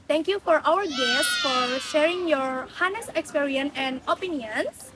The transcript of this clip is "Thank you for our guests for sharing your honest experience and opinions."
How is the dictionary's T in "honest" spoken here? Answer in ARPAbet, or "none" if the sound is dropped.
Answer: none